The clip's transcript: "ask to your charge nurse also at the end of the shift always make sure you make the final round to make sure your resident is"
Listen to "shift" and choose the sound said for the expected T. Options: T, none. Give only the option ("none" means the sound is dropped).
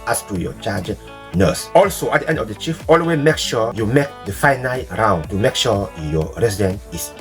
none